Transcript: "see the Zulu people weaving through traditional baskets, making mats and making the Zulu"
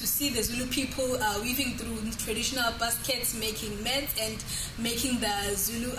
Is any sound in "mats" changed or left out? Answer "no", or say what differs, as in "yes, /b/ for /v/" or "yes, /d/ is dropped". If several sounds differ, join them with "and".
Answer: yes, /s/ is dropped